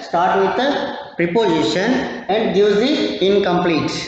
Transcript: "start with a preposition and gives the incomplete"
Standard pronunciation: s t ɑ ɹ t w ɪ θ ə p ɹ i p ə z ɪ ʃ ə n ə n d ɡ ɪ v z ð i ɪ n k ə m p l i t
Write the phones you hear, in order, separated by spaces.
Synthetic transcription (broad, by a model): s t ɑ ɹ t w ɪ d ə p ɹ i p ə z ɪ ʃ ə n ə n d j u z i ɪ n k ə m p l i t